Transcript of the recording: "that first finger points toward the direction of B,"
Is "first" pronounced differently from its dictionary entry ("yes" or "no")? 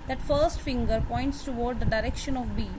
no